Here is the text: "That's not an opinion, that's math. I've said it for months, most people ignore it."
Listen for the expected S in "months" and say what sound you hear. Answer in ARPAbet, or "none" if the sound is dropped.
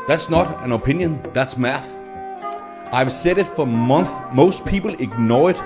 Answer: none